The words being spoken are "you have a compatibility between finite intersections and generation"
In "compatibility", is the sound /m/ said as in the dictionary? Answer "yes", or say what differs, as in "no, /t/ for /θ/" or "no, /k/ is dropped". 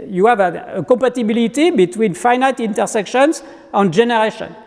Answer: no, /m/ is dropped